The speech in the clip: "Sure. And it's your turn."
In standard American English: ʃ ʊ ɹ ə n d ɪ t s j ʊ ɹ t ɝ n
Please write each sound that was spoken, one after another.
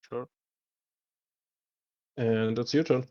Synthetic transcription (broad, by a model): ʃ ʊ ɹ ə n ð ɪ t s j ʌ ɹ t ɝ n